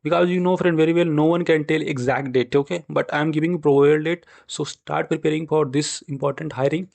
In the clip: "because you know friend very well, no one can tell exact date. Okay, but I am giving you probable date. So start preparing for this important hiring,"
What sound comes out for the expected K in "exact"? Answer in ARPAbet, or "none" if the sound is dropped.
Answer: K